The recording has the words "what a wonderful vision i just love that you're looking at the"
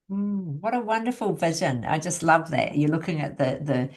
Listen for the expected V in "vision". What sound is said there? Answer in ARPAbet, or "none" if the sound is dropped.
V